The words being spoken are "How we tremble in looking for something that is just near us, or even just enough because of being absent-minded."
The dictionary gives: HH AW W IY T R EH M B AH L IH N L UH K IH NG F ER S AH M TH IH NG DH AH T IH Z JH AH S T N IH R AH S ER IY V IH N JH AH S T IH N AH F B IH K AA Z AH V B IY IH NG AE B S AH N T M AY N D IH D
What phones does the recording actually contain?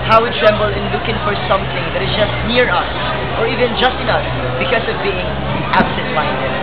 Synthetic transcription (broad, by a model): HH AW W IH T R EH M B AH L IH N L UH K IH NG F ER S AH M TH IH NG DH AH T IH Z JH AH S T N IH R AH S ER IY V IH N JH AH S T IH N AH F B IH K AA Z AH V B IY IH NG AE B S AH N T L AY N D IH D